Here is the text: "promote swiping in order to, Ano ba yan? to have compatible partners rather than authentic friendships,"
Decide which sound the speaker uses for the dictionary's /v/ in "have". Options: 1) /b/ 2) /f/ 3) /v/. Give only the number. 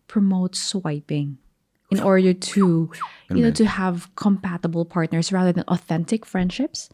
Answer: 3